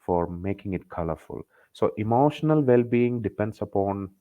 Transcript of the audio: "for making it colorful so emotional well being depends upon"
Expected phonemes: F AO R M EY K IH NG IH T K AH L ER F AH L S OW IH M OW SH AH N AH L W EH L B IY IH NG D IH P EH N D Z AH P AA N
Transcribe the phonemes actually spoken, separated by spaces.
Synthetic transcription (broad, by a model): F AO R M EY K IH NG IH T K AH L ER F AH L S OW IH M OW SH AH N AH L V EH L B IY IH NG D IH P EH N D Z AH P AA N